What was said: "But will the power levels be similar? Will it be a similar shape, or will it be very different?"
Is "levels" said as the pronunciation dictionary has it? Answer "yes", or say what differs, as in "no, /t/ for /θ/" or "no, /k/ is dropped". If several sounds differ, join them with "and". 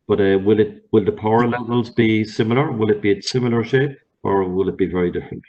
yes